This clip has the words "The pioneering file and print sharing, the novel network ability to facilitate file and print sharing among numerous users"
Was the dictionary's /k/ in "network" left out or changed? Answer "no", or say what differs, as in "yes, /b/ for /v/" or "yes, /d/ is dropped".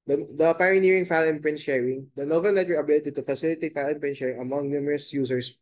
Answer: yes, /k/ is dropped